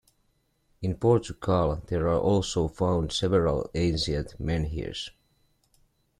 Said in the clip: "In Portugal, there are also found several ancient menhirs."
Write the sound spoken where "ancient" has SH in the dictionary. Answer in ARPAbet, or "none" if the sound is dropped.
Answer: S